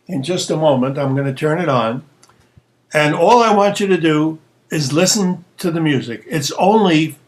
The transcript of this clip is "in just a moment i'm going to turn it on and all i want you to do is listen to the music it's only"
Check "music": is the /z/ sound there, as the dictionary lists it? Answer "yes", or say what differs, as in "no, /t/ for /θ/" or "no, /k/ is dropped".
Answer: yes